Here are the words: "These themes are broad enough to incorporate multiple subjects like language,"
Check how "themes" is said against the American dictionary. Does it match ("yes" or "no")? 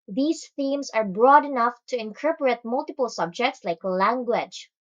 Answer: no